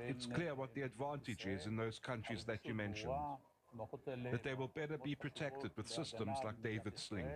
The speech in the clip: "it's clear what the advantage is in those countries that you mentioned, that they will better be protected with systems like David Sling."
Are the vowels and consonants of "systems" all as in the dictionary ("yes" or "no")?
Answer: yes